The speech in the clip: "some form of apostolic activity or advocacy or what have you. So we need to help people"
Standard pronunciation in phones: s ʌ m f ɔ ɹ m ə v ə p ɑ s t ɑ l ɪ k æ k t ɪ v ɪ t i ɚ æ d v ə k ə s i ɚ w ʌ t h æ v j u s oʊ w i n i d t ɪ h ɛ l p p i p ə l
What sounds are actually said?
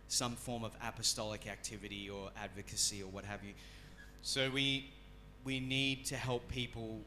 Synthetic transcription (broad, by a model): s ʌ m f ɔ ɹ m ə v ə p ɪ s t ɑ l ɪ k æ k t ɪ v ɪ t i ɚ æ d v ə k ə s i ɚ w ʌ t h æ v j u s oʊ w i n i d t ɪ h ɛ l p p i p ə l